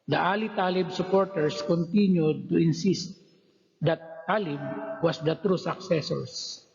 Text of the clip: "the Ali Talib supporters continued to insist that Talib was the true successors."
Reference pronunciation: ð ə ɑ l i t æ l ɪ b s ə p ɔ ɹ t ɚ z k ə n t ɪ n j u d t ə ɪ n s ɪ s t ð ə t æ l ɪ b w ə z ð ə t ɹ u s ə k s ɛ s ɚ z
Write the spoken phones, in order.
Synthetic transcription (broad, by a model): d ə ɑ l i t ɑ l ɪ b s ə p ɔ ɹ t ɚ s k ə n t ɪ n j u d t ə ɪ n s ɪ s t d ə t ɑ l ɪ b w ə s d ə t ɹ u s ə k s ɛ s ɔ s